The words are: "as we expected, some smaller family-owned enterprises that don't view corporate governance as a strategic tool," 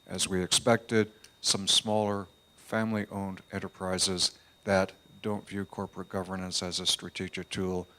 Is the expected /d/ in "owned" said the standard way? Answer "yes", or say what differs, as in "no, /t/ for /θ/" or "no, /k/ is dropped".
yes